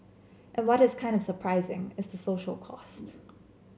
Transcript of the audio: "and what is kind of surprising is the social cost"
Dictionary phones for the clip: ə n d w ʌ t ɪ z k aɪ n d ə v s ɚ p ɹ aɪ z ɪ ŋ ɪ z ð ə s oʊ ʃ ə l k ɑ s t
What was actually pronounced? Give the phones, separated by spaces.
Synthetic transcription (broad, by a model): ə n w ʌ t ɪ z k aɪ n d ə v s ɚ p ɹ aɪ z ɪ ŋ ɪ z ð ə s oʊ ʃ l k ɑ s t